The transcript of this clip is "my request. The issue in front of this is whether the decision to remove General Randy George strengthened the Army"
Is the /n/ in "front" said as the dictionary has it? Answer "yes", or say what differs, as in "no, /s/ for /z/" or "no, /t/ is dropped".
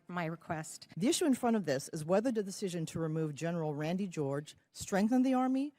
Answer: no, /n/ is dropped